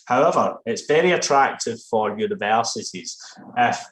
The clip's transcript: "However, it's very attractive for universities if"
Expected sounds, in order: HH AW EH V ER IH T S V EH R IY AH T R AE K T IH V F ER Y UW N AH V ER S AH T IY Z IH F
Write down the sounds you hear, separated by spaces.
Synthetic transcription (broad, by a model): HH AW EH V ER IH T S V EH R IY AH T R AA K T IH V F ER Y UW N AH V ER S AH T IY Z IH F